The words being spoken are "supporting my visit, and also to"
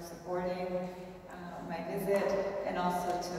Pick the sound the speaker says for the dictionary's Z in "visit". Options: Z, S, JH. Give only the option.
Z